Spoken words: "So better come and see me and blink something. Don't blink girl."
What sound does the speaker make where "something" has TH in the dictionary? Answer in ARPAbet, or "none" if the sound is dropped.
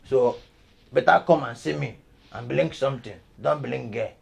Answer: T